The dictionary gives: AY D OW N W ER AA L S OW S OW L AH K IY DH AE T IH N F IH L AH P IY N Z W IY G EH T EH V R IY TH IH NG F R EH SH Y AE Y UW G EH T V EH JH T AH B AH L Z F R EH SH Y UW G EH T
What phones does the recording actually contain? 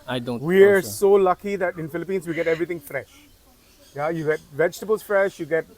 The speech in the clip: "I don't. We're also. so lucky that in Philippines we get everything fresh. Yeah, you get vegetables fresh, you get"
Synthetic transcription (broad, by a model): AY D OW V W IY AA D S S OW L AH K IY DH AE T IH N F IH L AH P IY N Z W IY G EH T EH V R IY T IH NG F R EH SH Y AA Y UW G EH T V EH JH T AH B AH L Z F R EH SH Y UW G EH T